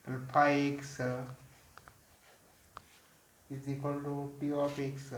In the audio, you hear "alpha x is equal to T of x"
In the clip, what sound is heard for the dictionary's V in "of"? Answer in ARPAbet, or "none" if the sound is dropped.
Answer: P